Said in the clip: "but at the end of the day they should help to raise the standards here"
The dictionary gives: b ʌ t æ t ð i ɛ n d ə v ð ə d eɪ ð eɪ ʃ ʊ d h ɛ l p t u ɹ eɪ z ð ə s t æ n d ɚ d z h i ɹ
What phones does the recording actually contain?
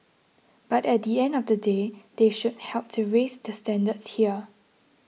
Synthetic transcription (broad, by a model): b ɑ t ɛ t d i ɛ n d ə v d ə d eɪ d eɪ ʃ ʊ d h ɛ l p t u ɹ eɪ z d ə s t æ n d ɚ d s h i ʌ